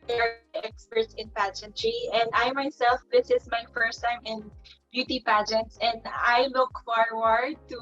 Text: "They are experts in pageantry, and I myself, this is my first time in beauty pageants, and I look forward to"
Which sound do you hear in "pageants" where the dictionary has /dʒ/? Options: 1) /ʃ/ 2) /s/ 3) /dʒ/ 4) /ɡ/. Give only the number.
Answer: 3